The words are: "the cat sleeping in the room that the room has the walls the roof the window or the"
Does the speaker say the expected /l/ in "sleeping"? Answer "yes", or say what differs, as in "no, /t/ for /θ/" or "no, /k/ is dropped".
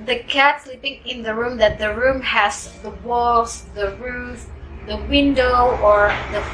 yes